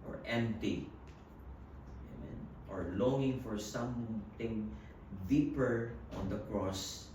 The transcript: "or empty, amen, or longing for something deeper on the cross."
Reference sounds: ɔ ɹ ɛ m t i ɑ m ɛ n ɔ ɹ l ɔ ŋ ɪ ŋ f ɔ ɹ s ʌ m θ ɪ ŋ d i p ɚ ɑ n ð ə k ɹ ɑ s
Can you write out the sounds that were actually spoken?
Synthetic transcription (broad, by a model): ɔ ɹ ɛ m t i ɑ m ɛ n ɔ ɹ l ɔ ŋ ɪ ŋ f ɔ ɹ s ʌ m t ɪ ŋ d i p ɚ ɑ n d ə k ɹ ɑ s